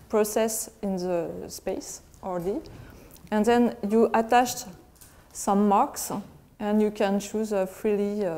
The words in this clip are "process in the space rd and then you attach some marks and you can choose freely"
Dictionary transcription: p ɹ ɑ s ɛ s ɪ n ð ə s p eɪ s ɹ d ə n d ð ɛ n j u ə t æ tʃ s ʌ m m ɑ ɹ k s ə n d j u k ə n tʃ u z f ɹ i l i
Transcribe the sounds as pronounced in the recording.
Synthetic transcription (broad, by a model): p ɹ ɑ s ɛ s ɪ n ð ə s p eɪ s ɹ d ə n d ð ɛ n j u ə t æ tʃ s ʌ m m ɑ ɹ k s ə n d j u k ə n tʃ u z f ɹ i l i